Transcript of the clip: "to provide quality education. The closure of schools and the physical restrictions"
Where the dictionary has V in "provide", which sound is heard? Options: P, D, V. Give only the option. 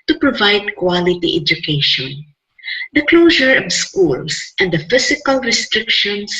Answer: V